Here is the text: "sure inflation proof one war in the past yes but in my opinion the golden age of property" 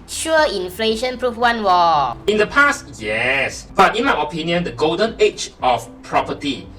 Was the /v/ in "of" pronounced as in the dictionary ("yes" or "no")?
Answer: no